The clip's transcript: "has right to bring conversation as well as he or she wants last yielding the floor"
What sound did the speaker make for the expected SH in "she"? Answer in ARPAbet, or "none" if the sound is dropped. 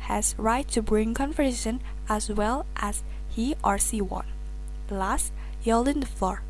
S